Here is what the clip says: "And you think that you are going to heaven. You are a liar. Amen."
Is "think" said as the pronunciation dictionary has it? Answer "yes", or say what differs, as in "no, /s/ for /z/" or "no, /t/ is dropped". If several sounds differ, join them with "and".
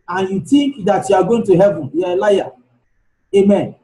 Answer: no, /t/ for /θ/